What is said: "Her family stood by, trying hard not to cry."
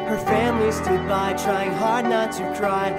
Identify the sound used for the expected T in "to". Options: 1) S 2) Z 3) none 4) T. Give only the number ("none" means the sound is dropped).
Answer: 1